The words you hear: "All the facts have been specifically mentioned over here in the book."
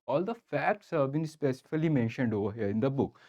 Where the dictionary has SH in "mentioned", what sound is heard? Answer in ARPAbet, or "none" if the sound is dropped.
SH